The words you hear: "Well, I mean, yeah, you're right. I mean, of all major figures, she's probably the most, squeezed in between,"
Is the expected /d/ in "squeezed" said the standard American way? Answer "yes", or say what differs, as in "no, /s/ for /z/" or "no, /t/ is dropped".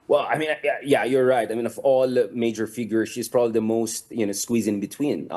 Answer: no, /d/ is dropped